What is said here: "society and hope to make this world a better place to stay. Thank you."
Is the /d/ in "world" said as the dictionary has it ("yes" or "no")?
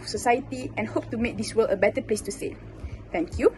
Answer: no